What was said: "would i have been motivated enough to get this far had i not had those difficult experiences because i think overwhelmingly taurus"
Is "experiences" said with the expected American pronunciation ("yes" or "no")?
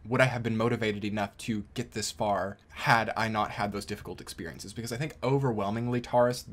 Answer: yes